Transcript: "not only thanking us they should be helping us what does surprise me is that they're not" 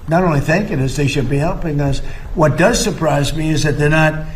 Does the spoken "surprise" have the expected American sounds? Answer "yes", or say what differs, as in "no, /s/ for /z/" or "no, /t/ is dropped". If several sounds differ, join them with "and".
yes